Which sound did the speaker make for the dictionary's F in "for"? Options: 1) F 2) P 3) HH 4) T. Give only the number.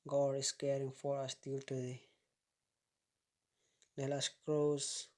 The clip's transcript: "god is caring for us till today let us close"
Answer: 1